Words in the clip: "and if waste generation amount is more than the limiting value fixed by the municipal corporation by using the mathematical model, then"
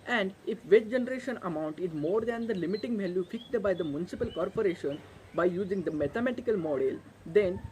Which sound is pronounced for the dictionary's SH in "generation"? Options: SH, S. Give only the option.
SH